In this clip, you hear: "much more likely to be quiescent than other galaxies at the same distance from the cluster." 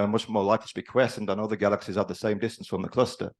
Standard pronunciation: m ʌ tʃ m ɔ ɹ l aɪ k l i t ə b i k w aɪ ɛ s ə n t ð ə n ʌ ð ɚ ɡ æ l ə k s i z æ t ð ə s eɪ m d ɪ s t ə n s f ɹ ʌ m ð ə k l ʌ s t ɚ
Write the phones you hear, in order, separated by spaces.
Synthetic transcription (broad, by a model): m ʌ tʃ m ɔ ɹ l aɪ k l i t ə b i k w ɛ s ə n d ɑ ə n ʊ ð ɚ ɡ æ l ə k s i z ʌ t ð ə s eɪ m d ɪ s t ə n s f ɹ ʌ m ð ə k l ʌ s t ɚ